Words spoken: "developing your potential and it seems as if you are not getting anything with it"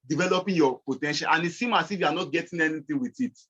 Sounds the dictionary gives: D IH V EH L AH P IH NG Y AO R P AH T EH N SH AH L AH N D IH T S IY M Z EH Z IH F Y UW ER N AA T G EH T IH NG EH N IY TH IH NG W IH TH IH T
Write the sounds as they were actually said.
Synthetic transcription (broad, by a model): D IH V EH L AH P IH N Y AO P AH T EH N SH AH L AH N IH T S IY M AA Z IH F Y UW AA N AA T G EH T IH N EH N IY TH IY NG W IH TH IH T